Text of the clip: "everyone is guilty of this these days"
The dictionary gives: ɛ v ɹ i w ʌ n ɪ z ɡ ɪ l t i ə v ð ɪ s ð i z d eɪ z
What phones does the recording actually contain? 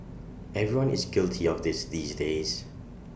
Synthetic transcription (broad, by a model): ɛ v ɹ i w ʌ n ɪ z ɡ ɪ l t i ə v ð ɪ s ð i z d eɪ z